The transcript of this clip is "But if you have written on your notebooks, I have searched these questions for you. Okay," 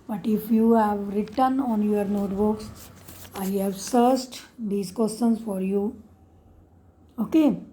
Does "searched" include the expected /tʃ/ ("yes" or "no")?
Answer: no